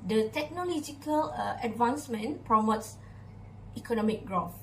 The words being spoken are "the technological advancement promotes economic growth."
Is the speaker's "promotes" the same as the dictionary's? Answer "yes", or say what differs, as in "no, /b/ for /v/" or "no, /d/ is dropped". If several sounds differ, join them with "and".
yes